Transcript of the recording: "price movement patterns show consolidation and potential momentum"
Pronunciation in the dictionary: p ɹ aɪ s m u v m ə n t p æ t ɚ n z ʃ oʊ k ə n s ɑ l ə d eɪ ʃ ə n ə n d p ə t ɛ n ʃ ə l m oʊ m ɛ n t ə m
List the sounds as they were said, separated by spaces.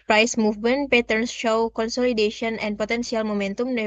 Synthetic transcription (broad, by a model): p ɹ aɪ s m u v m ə n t p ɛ t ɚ n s ʃ oʊ k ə n s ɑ l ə d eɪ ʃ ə n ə n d p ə t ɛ n s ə l m oʊ m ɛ n t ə m